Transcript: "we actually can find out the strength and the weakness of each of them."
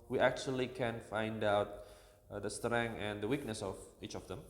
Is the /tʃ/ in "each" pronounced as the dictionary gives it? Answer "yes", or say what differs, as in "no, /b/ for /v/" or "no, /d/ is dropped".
yes